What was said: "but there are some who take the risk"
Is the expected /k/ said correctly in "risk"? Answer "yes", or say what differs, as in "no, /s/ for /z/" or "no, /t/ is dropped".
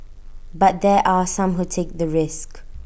yes